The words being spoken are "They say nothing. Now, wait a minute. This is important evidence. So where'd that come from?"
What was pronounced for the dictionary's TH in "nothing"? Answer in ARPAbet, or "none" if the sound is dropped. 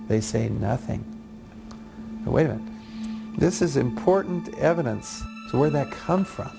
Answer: TH